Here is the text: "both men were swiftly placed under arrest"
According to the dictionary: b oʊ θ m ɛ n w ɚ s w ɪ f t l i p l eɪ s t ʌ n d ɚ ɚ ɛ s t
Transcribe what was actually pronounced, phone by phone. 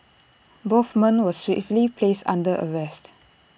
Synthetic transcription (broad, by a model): b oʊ f m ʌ n w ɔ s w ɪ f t l i p l eɪ s t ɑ n d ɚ ɚ ɛ s t